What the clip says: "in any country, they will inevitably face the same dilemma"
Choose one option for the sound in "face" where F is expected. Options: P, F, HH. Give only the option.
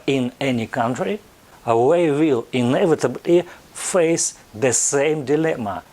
F